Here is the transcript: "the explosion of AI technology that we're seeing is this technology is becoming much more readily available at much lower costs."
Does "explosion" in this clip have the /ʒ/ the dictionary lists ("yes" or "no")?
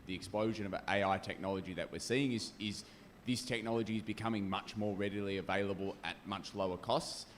yes